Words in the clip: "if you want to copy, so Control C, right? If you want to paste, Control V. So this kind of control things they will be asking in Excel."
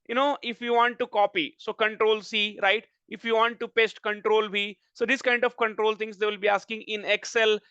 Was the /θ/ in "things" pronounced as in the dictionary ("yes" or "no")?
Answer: no